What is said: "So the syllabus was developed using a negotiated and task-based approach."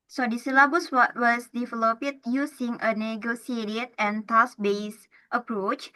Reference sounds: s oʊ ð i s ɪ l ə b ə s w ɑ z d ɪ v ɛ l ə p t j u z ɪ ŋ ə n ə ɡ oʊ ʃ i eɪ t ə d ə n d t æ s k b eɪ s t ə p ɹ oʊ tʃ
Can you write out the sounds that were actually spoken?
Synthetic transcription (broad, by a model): s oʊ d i s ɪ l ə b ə s w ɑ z d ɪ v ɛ l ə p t j u s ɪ ŋ ə n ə ɡ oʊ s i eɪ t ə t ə n t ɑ s b eɪ s t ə p ɹ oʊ tʃ